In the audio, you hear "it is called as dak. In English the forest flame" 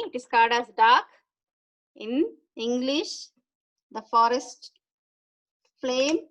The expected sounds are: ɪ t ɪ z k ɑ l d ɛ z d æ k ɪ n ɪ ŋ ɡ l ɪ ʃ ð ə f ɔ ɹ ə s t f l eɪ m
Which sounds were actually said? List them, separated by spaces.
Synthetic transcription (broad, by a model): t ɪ s k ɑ d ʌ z d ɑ k ɪ n ɪ ŋ ɡ l ɪ ʃ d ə f ɔ ɹ ə s t f l eɪ m